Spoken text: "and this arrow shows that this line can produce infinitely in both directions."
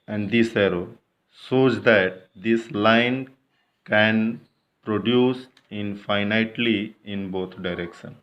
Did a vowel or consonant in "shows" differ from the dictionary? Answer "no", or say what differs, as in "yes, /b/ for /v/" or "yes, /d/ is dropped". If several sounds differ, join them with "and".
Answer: yes, /s/ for /ʃ/